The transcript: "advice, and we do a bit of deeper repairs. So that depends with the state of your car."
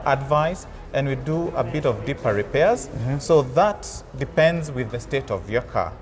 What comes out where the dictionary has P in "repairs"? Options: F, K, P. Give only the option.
P